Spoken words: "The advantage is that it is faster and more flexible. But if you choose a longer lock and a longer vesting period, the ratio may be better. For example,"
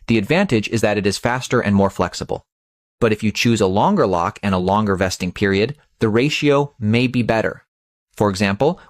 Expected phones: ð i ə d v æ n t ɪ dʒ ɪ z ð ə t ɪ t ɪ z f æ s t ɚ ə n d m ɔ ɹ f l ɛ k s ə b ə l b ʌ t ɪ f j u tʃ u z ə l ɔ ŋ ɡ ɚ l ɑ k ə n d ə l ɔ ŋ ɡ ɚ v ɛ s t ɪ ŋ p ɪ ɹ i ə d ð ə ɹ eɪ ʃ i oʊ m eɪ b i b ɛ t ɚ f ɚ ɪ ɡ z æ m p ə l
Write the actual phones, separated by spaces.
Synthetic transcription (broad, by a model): ð i ə d v æ n t ɪ dʒ ɪ z ð ə t ɪ t ɪ z f æ s t ɚ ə n m ɔ ɹ f l ɛ k s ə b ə l b ʌ t ɪ f j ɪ tʃ u z ə l ɔ ŋ ɡ ɚ l ɑ k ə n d ə l ɔ ŋ ɡ ɚ v ɛ s t ɪ ŋ p ɪ ɹ i ə d ð ə ɹ eɪ ʃ i oʊ m eɪ b i b ɛ t ɚ f ɚ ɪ ɡ z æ m p l